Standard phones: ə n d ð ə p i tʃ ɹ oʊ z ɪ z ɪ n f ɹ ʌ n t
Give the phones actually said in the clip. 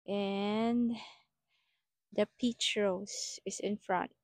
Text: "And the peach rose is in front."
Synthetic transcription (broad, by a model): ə n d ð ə p i tʃ ɹ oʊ s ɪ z ɪ n f ɹ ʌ n t